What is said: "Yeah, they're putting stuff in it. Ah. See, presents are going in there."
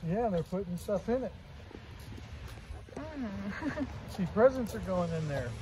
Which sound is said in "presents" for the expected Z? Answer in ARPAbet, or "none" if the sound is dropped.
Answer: Z